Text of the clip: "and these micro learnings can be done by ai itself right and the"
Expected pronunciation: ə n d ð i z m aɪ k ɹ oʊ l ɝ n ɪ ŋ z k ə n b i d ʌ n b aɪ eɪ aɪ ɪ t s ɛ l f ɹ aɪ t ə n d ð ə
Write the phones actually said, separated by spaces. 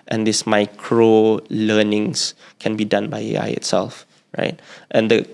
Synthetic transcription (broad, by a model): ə n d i s m aɪ k ɹ oʊ l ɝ n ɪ ŋ s k ə n b i d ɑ n b aɪ eɪ aɪ ɪ t s ɛ l f ɹ aɪ t ə n d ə